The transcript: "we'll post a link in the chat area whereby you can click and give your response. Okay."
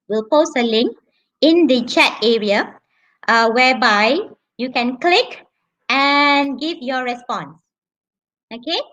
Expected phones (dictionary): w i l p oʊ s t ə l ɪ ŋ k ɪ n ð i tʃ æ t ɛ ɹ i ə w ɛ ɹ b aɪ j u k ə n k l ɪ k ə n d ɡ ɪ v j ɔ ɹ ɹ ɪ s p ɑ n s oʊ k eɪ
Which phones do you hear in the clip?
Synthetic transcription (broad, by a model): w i l p oʊ s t ə l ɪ ŋ k ɪ n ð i tʃ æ t ɛ ɹ i ə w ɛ w b aɪ j u k ə n k l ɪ k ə n ɡ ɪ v j ɔ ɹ ɹ ɪ s p ɑ n s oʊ k eɪ